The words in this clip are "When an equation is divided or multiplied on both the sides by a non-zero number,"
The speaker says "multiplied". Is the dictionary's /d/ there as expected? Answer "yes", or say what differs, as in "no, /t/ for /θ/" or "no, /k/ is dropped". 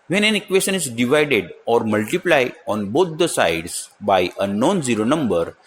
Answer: no, /d/ is dropped